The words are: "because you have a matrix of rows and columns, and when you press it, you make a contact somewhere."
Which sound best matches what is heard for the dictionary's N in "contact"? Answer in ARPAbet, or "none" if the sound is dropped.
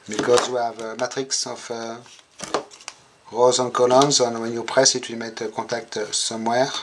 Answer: none